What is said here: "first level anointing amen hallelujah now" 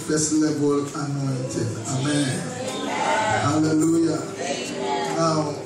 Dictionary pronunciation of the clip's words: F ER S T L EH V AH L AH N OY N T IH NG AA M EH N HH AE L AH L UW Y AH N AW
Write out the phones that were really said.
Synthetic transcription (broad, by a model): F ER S L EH B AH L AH N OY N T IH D AA M EH N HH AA L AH L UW Y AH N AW